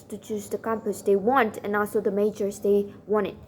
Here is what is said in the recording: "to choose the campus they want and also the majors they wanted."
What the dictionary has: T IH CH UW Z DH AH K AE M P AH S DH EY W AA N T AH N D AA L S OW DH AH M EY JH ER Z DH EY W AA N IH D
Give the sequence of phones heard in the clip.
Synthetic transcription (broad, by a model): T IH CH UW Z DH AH K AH M P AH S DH EY W AA N T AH N AA L S OW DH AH M EY JH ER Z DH EY W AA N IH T